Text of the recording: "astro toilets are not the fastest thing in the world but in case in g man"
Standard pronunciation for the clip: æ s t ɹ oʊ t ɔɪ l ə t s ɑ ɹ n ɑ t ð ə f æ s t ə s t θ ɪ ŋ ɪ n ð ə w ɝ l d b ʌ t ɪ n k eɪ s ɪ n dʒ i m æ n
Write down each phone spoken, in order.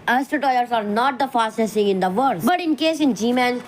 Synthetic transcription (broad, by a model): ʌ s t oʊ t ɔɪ ə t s ɑ ɹ n ɑ t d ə f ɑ s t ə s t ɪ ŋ ɪ n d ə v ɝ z b ʌ t ɪ n k eɪ s ɪ n dʒ i m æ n